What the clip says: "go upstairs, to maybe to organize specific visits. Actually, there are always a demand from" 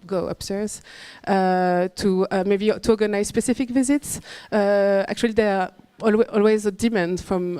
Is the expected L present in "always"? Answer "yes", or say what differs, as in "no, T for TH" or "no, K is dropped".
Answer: yes